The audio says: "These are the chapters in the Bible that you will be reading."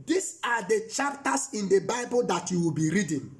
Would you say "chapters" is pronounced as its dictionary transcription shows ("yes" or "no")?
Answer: no